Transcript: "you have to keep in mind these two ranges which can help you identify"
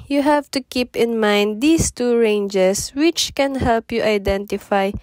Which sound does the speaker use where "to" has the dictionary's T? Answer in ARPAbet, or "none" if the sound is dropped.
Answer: T